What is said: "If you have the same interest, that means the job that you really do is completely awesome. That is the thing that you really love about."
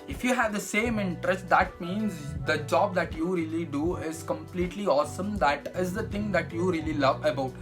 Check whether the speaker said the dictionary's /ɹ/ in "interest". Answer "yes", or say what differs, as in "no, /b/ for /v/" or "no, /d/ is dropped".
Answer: yes